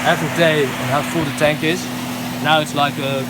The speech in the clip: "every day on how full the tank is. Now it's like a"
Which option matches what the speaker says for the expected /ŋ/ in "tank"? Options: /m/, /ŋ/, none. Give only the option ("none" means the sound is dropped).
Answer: /ŋ/